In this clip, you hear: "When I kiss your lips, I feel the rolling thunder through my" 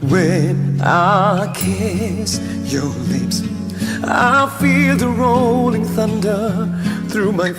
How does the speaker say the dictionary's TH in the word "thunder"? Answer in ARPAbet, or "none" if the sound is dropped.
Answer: TH